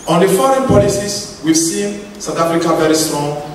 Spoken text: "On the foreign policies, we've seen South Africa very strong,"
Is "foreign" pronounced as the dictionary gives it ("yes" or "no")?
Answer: yes